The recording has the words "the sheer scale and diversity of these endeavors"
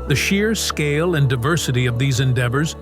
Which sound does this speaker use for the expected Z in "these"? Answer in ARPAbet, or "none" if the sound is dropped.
Z